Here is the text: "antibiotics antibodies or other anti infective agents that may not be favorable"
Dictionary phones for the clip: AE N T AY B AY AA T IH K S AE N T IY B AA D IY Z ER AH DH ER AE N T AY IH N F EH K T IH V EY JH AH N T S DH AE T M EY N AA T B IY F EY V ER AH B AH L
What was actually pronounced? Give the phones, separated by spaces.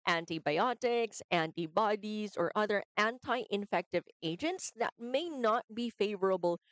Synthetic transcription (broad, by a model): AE N T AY B AY AA T IH K S AE N T IY B AA D IY Z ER AH DH ER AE N T AY IH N F EH K T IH V EY JH AH N T S DH AE T M EY N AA T B IY F EY V ER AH B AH L